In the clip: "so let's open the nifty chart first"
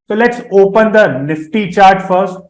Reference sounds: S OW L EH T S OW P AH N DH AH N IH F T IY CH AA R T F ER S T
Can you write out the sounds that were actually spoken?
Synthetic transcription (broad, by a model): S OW L EH T S OW P AH N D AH N IH F T IY CH AA R T F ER S T